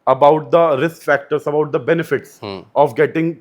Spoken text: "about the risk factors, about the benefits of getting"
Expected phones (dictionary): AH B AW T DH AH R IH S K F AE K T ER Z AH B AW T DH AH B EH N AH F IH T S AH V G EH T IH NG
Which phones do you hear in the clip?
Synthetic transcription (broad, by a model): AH B AW T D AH R IH S K F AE K T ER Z AH B AW T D AH B EH N AH F IH T S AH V G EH T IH NG